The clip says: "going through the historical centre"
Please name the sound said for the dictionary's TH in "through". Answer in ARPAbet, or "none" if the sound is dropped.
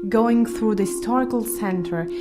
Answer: TH